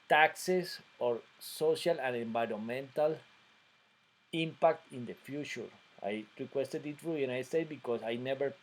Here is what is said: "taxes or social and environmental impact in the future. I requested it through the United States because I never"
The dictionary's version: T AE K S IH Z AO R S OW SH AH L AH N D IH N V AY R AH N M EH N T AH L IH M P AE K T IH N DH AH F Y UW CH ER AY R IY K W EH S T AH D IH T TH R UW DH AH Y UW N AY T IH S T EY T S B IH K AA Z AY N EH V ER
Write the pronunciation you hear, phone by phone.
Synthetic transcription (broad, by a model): T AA K S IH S AO R S OW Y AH L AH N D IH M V AY R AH N M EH N T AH L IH M P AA K T IH N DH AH F Y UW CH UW AY R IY K W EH S T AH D IH T F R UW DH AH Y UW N AY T S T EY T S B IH K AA S AY N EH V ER